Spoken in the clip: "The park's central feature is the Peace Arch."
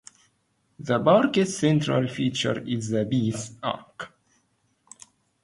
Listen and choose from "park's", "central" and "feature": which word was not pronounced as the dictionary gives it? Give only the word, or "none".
park's